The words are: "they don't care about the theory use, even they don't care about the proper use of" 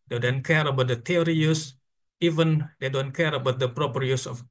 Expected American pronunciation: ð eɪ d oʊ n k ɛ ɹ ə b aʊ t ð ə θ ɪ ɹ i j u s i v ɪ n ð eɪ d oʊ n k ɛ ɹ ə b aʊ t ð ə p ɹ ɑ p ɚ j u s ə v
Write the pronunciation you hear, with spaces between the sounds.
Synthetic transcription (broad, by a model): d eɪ d oʊ n k ɛ ɹ ə b aʊ t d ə t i ɹ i j u s i v ɪ n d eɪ d oʊ n k ɛ ɹ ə b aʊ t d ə p ɹ ɑ p ɚ j u s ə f